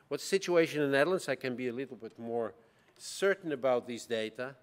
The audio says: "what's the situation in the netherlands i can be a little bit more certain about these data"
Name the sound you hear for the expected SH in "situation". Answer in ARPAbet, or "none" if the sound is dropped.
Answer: none